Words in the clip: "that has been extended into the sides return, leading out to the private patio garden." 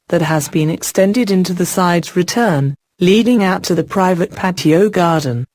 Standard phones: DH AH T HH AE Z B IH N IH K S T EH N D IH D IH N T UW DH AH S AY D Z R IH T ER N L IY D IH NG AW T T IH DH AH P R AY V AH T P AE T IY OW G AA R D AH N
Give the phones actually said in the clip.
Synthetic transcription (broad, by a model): DH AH T HH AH Z B IH N IH K S T EH N D IH D IH N T UW DH AH S AY D Z R IH T ER N L IY D IH NG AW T T IH DH AH P R AY V AH T P AE T IY OW G AA R D N